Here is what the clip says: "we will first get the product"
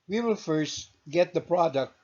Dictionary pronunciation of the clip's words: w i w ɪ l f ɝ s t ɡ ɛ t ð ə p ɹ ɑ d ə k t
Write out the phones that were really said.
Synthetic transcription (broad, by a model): w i w ɪ l f ɝ s t ɡ ɛ t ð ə p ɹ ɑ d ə k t